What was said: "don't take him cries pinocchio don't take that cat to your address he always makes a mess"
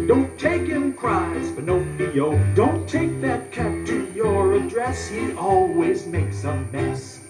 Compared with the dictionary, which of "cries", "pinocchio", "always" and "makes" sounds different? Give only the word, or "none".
pinocchio